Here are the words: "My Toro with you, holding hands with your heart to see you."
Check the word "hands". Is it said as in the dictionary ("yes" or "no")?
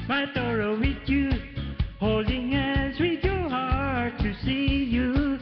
no